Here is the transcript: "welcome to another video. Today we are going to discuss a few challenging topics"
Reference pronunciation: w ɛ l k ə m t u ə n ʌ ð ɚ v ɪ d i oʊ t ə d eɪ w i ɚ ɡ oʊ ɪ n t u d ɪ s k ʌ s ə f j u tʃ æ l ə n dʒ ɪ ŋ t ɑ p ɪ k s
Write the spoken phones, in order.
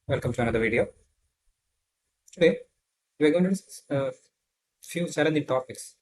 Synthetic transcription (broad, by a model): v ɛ l k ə m t u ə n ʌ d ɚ v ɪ d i oʊ t ə d eɪ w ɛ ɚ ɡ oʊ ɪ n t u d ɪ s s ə f j u s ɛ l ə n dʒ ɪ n t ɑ p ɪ k s